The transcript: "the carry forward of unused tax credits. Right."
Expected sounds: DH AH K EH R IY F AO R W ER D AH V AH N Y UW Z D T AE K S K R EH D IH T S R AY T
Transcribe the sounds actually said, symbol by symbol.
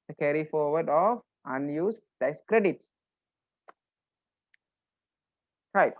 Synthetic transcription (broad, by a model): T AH K EH R IY F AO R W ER D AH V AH N Y UW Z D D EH S K R EH D IH T S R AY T